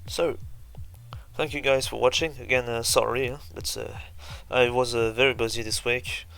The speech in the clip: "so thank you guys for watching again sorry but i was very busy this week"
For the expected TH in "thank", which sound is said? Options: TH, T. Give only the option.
TH